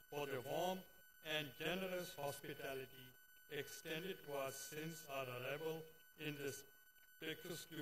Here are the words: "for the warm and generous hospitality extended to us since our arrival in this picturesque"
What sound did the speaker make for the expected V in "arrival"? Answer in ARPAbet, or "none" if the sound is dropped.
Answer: B